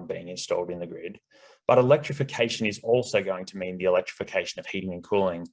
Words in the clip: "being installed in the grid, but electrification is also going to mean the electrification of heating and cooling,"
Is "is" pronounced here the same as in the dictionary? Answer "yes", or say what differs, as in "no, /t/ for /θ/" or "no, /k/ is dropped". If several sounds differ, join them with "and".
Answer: yes